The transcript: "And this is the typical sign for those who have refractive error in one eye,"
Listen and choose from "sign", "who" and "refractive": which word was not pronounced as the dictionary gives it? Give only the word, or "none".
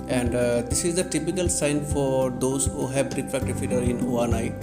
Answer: refractive